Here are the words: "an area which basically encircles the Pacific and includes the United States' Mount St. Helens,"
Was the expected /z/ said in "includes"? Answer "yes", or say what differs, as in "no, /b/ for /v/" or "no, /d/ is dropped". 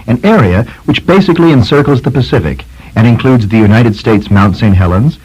yes